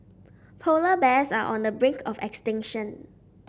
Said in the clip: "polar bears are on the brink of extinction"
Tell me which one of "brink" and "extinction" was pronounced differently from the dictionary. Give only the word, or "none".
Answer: none